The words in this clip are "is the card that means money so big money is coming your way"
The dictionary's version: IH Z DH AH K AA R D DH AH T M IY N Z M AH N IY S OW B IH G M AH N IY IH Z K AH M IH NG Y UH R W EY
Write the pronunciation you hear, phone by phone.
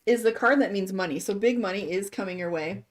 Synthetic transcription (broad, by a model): IH Z DH AH K AA R D DH AH T M IY N Z M AH N IY S OW B IH G M AH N IY IH Z K AH M IH NG Y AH R W EY